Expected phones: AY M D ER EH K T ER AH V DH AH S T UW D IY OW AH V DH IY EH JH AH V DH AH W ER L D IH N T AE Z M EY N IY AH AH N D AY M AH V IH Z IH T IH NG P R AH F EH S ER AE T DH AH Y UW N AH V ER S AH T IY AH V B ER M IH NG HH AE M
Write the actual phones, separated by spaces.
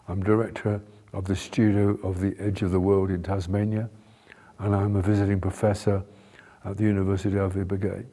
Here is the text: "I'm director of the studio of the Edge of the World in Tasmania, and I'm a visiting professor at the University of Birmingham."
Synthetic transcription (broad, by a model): AY M D ER EH K T ER AH V DH AH S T UW D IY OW AH V DH IY EH JH AH V DH AH W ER L D IH N T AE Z M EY N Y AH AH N AY M AH V IH Z IH T IH NG P R AH F EH S ER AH T DH AH Y UW N AH V ER S AH T IY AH V B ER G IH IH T